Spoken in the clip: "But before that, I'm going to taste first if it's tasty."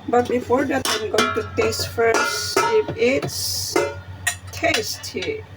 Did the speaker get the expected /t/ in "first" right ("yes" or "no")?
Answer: no